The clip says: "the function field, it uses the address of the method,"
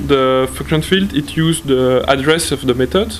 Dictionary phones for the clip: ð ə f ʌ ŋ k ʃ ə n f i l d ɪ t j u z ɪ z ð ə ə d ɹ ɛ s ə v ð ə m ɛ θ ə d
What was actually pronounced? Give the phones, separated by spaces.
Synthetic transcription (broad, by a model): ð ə f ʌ k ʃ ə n f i l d ɪ t j u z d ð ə ə d ɹ ɛ s ə v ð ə m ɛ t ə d